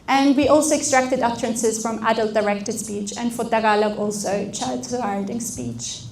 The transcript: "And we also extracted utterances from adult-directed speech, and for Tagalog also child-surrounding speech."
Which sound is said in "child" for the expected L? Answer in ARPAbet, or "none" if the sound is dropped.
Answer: none